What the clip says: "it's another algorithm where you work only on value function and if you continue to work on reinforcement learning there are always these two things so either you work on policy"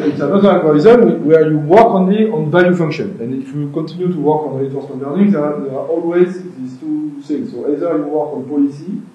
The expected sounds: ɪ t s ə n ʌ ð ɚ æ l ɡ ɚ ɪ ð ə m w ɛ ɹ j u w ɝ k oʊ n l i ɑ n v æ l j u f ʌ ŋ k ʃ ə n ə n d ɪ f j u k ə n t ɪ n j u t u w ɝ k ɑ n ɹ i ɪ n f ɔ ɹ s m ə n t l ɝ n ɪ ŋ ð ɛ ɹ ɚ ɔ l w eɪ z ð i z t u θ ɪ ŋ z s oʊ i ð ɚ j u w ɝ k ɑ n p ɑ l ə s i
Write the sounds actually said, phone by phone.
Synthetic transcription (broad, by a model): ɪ t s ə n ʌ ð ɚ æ n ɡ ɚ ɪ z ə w w ɛ ɹ j u w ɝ k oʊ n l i ɑ n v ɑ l j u f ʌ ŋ k ʃ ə n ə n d ɪ f j u k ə n t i n j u t u w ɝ k ɑ n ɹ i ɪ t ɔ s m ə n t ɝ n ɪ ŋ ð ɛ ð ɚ ɔ l w eɪ z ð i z t u s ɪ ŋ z s oʊ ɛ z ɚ j u w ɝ k ɑ n p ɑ l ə s i